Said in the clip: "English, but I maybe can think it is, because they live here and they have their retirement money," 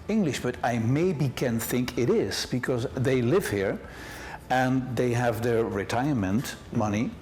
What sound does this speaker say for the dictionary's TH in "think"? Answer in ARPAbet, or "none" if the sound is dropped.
TH